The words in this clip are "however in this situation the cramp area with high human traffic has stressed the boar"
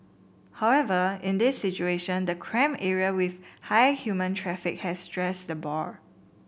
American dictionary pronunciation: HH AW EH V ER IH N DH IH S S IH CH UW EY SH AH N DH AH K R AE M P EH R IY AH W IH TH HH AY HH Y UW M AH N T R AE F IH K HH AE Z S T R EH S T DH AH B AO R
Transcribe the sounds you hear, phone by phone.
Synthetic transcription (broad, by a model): HH AW EH V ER IH N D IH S S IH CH UW EY SH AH N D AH K R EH M EH R IY AH W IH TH HH AY HH Y UW M AH N T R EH F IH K HH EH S T R EH S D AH B AO R